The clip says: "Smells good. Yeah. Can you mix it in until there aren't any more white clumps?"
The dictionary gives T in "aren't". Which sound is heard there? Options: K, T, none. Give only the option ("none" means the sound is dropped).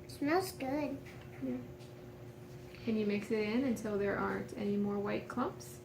T